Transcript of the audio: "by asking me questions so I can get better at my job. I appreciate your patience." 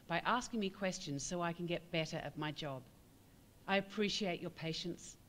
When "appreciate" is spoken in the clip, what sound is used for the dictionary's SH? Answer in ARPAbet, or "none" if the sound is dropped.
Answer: SH